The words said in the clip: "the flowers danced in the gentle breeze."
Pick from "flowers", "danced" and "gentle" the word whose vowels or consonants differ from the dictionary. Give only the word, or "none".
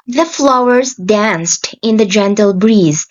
none